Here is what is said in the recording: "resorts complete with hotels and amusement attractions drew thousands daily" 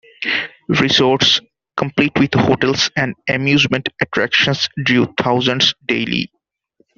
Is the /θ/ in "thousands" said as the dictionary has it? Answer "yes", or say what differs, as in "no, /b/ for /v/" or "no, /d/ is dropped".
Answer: no, /t/ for /θ/